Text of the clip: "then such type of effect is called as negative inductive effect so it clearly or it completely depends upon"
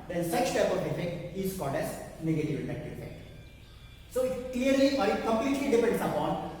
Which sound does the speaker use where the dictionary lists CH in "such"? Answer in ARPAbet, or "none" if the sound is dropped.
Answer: S